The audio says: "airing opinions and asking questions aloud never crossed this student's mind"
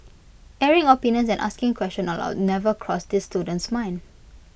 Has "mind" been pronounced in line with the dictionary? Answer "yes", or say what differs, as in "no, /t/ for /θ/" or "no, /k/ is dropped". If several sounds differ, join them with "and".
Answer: no, /d/ is dropped